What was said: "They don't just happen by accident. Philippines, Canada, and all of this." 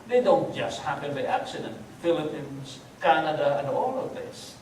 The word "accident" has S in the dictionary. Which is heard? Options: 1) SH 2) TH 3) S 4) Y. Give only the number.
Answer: 3